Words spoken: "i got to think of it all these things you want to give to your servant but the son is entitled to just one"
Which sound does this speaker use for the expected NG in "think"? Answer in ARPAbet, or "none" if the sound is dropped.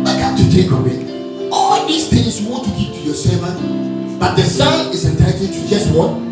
none